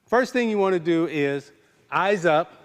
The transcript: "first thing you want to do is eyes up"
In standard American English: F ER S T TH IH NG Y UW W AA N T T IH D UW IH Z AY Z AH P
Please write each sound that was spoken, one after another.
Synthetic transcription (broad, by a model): F ER S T TH IH NG Y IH W AA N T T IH D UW IH Z AY Z AH P